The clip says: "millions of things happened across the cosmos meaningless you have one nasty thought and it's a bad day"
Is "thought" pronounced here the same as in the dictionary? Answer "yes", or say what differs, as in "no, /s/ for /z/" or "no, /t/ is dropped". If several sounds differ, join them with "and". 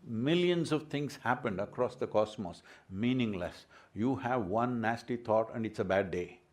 no, /t/ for /θ/